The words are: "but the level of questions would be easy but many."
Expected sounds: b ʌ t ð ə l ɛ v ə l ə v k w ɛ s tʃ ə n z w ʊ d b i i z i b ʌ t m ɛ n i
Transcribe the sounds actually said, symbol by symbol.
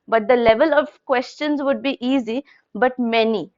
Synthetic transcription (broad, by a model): b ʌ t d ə l ɛ v ə l ə v k w ɛ s tʃ ə n z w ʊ d b i i z i b ʌ t m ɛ n i